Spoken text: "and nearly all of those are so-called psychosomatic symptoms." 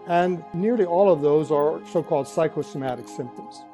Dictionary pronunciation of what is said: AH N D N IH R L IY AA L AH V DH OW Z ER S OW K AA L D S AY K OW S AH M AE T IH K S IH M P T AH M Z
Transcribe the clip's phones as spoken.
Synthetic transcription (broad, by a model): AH N N IH R L IY AA L AH V DH OW Z ER S OW K AA L D S AY K OW S AH M AE T IH K S IH M P T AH M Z